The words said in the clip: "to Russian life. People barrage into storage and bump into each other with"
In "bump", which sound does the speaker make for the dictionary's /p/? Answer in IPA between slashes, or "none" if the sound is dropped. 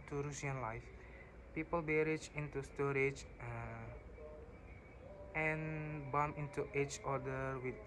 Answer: none